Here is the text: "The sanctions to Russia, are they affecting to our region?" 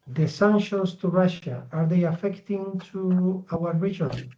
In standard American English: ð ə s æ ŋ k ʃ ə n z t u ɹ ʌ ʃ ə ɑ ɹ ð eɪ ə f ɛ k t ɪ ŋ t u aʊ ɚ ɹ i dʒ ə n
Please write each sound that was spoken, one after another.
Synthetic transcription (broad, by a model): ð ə s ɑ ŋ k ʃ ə n s t u ɹ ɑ ʃ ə ɑ ɹ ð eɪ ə f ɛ k t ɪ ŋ t u aʊ ɚ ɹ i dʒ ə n